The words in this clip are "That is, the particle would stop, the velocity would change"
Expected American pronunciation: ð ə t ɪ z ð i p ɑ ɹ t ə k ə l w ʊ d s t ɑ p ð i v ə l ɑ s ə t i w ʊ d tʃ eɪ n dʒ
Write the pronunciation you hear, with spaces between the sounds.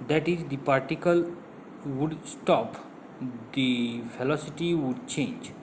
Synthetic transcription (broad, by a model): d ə t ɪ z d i p ɑ ɹ t ə k ə l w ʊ d s t ɑ p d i f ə l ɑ s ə t i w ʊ d tʃ eɪ n dʒ